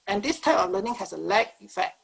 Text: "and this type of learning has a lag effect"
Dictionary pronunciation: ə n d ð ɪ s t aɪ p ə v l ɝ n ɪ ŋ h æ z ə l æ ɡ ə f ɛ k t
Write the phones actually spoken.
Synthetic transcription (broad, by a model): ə n d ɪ s t aɪ p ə f l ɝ n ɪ ŋ h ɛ s ə l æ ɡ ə f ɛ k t